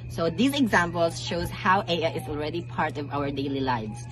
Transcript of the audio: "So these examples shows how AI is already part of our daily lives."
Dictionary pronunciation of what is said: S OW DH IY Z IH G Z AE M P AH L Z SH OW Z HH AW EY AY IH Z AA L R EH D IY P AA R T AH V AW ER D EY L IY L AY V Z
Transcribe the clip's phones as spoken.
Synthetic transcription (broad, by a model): S OW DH IY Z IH G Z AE M P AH L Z SH OW Z HH AW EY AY IH Z AA L R EH D IY P AA R T AH V AW ER D EY L IY L AY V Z